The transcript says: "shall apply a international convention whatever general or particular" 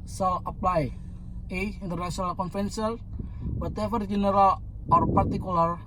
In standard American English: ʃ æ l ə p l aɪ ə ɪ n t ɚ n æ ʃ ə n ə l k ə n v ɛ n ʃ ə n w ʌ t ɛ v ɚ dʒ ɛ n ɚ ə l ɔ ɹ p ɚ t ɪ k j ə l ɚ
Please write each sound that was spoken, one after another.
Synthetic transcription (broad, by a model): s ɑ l ə p l aɪ ə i n t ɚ n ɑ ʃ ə n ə l k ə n f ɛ n s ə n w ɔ t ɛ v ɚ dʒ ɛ n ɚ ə l ɔ ɹ p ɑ t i k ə l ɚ